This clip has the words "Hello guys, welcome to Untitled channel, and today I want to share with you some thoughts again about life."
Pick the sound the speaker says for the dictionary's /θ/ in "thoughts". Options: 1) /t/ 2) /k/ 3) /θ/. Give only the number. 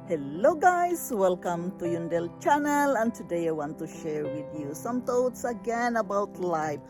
1